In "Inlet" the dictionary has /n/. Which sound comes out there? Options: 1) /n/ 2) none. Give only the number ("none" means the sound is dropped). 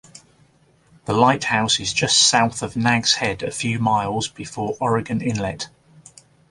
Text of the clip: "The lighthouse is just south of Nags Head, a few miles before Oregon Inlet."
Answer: 1